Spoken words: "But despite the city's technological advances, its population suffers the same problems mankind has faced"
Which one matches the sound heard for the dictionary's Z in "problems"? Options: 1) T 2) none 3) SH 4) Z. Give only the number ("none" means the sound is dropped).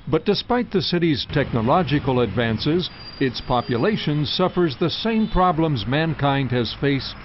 4